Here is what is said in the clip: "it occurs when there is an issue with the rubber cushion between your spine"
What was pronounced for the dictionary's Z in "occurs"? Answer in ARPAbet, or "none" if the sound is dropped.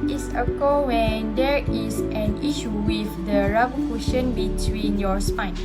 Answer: none